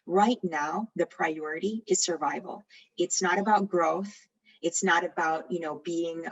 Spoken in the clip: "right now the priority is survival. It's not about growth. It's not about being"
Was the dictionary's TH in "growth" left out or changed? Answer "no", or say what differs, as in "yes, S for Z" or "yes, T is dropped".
no